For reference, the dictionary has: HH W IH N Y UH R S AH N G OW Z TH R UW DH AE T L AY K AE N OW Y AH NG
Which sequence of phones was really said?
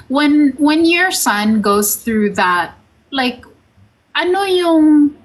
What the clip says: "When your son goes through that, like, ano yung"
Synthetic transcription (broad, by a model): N W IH N Y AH R S AH N G OW Z TH R UW DH AE T L AY K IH N OW Y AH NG